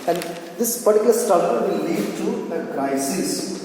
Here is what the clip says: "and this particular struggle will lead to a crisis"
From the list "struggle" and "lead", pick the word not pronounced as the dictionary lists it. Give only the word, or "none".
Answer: struggle